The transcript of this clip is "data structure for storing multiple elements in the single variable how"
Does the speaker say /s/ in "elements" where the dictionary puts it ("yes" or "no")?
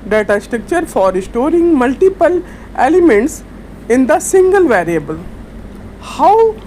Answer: yes